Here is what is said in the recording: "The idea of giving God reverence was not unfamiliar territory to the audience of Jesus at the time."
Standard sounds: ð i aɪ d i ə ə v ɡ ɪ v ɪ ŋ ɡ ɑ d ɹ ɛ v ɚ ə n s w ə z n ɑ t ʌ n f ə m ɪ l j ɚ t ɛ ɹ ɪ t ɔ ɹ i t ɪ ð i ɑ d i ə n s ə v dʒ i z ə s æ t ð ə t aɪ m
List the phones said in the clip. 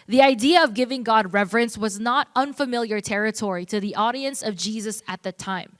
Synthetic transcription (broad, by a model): ð i aɪ d i ə ə v ɡ ɪ v ɪ ŋ ɡ ɑ d ɹ ɛ v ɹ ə n s w ə z n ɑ t ʌ n f ə m ɪ l j ɚ t ɛ ɹ ɪ t ɔ ɹ i t ɪ ð i ɑ d i ə n s ə v dʒ i z ə s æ t ð ə t aɪ m